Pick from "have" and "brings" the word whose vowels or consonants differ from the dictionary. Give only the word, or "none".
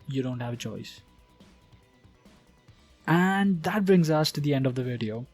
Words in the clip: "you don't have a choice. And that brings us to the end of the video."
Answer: none